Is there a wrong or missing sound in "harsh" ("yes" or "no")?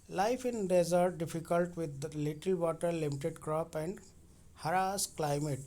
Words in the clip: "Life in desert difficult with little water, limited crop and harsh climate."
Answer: yes